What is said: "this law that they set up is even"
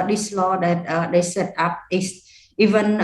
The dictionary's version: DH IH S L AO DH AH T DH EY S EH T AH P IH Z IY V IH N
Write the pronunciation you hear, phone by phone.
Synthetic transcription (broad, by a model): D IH S L AO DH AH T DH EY S EH T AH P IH S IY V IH N